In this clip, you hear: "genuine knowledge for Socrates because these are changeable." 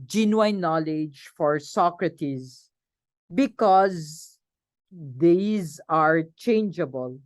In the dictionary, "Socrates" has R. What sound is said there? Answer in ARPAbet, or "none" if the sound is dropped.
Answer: R